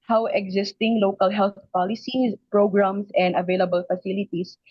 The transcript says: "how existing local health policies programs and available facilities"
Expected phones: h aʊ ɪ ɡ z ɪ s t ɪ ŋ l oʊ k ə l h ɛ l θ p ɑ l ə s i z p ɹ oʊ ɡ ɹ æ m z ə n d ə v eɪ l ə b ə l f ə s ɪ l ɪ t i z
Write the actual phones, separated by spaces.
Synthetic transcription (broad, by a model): h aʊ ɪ ɡ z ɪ s t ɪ ŋ l oʊ k ə l h ɛ l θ p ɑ l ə s i s p ɹ oʊ ɡ ɹ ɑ m s ə n d ə v eɪ l ə b ə l f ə s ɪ l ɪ t i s